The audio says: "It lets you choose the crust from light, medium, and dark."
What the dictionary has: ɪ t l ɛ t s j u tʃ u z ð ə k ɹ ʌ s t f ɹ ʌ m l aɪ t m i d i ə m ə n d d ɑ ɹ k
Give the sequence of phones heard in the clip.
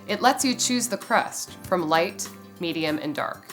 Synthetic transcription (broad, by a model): ɪ t l ɛ t s j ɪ tʃ u z ð ə k ɹ ʌ s t f ɹ ʌ m l aɪ t m i d i ə m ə n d d ɑ ɹ k